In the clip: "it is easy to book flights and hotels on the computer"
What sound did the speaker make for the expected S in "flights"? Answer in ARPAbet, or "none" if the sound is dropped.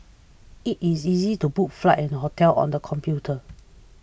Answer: none